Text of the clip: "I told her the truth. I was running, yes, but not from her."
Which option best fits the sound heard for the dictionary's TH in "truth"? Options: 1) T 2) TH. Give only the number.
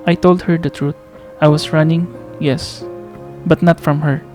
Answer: 1